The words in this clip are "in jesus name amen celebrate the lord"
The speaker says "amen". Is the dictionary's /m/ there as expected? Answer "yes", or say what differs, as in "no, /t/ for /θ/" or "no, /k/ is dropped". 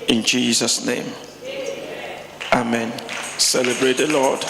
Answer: yes